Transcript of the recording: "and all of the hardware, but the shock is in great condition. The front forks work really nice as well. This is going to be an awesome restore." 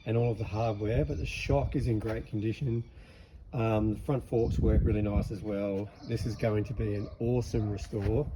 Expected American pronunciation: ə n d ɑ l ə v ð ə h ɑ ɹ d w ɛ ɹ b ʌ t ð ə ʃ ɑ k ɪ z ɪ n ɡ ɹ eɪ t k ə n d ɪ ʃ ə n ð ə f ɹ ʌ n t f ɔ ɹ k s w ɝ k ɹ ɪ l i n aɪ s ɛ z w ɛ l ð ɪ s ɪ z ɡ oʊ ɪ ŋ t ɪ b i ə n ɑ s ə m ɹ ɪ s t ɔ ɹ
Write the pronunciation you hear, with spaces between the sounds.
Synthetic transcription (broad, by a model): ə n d ɑ l ə v ð ə h ɑ ɹ d w ɛ ɹ b ʌ t ð ə ʃ ɑ k ɪ z ɪ n ɡ ɹ eɪ t k n d ɪ ʃ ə n ð ə f ɹ ʌ n t f ɔ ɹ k s w ɝ k ɹ ɪ l i n aɪ s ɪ z w ɛ l ð ɪ s ɪ z ɡ oʊ ɪ ŋ t ɪ b i ə n ɑ s ə m ɹ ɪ s t ɔ ɹ